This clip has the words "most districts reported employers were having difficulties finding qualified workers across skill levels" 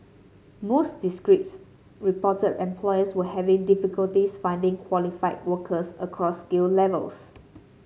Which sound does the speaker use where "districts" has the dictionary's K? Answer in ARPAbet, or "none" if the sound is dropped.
none